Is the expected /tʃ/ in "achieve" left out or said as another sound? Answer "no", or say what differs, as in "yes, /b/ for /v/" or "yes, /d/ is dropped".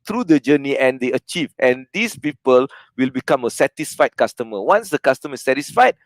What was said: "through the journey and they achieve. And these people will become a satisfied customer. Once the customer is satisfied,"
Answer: no